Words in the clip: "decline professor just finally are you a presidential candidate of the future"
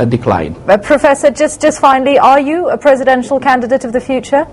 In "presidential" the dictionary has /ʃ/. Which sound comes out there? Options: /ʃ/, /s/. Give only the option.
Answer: /ʃ/